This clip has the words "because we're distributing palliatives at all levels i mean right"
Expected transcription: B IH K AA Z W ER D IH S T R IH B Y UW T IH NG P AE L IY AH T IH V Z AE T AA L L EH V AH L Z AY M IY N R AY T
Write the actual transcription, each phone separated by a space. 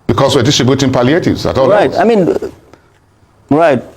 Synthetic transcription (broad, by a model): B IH K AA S W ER D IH S T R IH B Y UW T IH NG P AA L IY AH T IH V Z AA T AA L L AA AH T AY M IY N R AY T